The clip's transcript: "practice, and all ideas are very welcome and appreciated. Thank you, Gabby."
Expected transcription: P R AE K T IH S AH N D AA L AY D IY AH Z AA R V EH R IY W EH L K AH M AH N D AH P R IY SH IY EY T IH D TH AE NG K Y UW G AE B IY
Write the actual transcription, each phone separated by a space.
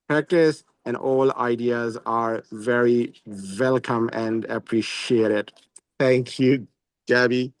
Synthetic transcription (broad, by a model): P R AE K T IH S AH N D AA L AY D IY AH Z AA R V EH R IY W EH L K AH M AH N D AH P R IY SH IY EY T IH D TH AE NG K Y UW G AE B IY